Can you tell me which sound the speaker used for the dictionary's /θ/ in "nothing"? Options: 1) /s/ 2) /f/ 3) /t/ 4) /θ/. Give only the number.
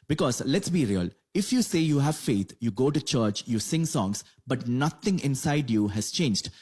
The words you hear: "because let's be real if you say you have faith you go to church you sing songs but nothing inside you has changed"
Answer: 3